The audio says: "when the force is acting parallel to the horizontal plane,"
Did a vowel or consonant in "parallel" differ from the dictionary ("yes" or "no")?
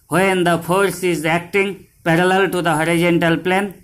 no